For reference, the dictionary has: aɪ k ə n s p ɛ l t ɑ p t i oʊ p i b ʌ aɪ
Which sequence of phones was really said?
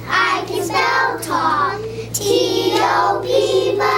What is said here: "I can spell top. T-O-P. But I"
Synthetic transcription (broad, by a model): aɪ k ə n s ɛ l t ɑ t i oʊ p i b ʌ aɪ